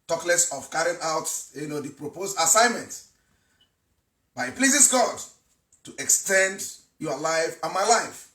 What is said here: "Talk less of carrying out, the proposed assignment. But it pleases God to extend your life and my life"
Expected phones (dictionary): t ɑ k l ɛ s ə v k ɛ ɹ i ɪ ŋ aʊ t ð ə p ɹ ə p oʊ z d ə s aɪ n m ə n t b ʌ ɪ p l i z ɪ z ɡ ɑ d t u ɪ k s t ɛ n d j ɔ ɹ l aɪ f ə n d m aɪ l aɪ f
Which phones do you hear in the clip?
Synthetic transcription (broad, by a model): t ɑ k l ɛ s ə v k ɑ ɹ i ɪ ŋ aʊ t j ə p ɹ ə p oʊ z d ə s aɪ n m ə n t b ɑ ɪ p l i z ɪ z ɡ ɑ d t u ɪ k s t ɛ n d j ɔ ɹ l aɪ f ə n m aɪ l aɪ f